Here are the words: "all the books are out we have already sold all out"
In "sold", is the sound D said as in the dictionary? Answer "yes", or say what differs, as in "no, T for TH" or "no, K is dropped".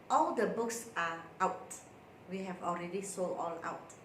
no, D is dropped